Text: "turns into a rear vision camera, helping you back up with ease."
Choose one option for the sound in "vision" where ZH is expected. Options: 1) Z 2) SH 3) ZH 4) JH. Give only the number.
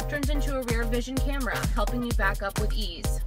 3